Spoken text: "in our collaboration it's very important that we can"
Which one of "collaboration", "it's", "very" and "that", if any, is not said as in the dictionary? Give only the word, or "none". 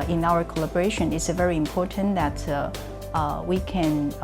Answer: none